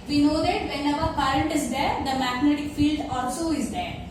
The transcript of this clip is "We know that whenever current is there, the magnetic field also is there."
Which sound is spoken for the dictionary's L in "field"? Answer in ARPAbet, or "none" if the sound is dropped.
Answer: L